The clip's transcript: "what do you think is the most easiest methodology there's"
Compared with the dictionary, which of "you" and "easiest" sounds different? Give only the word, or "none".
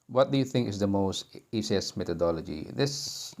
easiest